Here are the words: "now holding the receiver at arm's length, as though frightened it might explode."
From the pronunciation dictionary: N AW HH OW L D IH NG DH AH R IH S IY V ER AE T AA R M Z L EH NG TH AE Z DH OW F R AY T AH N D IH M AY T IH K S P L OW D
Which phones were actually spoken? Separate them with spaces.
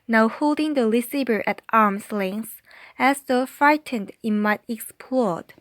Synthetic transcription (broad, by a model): N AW HH OW L D IH NG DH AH L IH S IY B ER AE T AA R M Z L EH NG S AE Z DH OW F R AY T AH N D IH M AY T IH K S P L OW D